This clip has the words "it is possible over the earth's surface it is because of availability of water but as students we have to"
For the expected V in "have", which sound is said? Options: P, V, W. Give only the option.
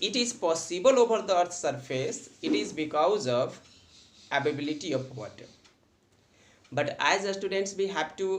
P